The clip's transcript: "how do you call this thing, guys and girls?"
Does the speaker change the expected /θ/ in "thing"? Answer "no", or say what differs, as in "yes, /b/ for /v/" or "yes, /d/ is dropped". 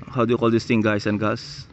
yes, /t/ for /θ/